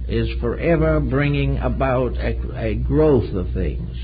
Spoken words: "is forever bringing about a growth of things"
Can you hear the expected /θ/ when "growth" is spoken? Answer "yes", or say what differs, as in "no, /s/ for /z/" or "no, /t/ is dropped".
yes